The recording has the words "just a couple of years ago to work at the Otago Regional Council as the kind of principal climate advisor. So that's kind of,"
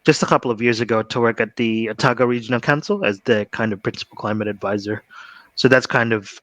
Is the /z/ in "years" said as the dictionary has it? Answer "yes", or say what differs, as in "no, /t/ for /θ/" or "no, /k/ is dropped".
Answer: yes